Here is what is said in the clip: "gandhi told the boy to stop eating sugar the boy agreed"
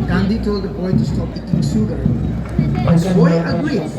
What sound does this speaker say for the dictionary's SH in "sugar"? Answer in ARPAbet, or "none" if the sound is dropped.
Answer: S